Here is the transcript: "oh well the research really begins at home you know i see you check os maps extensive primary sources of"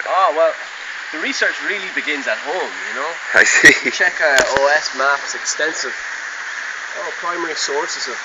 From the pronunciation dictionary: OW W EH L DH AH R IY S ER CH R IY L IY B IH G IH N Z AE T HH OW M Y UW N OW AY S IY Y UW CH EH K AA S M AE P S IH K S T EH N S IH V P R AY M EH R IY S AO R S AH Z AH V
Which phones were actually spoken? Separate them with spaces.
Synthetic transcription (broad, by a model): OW W EH L DH AH R IY S ER CH R IY L IY B IH G IH N Z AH T HH OW M Y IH N OW AY S IY CH EH K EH S M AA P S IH K S T EH N S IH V P R AY M EH R IY S AO R S AH Z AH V